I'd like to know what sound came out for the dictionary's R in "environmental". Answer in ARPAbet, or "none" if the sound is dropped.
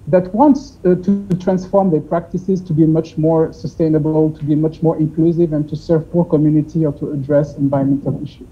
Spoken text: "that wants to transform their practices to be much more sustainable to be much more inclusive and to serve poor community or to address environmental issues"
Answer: none